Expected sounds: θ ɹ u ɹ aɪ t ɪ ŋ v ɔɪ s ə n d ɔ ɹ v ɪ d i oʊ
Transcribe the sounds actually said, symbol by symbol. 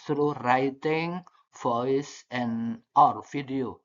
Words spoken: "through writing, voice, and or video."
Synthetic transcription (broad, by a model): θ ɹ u ɹ aɪ t ɪ ŋ f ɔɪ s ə n ɔ ɹ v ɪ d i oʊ